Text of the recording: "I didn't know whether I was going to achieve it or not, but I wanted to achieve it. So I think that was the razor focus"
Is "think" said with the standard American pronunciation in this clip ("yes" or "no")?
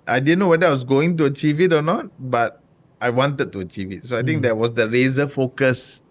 no